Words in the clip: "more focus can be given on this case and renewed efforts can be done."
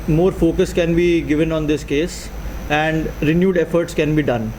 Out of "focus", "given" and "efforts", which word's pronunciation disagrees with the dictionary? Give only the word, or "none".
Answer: none